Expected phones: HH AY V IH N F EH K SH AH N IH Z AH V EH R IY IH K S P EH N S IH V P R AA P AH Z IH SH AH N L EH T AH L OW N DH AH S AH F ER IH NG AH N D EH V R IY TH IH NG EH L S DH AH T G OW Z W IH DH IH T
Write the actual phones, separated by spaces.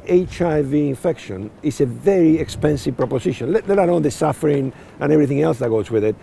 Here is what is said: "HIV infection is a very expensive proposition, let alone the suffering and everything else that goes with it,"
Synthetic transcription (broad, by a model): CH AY V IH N F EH K SH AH N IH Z AH V EH R IY IH K S P EH N S IH V P R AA P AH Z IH SH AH N L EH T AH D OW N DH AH S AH F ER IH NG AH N EH V R IY TH IH NG EH L S DH AH T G OW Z W IH DH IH T